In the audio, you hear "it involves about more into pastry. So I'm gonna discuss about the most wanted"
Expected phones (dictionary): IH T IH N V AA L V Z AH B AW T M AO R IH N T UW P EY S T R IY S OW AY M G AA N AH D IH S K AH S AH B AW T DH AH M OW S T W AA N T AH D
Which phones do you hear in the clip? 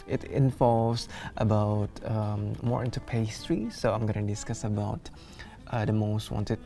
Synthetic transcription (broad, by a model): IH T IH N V AA L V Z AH B AW T M AO R IH N T UW P EY S T R IY S OW AY M G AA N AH D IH S K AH S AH B AW T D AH M OW S T W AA N T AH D